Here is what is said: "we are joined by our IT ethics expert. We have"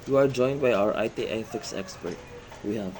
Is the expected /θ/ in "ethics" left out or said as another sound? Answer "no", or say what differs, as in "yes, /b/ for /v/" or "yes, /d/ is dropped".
yes, /f/ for /θ/